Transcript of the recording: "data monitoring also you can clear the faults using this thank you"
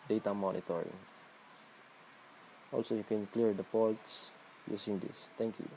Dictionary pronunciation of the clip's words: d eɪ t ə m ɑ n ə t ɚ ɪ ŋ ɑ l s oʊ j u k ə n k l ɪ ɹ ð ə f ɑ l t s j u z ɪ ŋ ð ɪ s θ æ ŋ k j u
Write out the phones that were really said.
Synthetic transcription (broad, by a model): d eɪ t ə m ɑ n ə t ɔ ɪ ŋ ɑ l s oʊ j u k ə n k l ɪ ɹ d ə p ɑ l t s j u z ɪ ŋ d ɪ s t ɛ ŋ k j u